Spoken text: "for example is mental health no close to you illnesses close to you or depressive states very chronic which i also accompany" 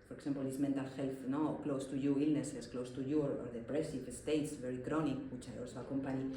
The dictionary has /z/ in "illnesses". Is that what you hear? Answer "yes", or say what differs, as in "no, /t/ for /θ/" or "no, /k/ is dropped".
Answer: no, /s/ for /z/